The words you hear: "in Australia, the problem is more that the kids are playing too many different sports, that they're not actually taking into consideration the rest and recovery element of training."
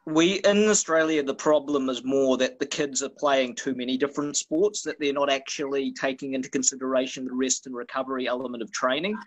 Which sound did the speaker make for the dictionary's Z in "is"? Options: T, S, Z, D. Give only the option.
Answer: Z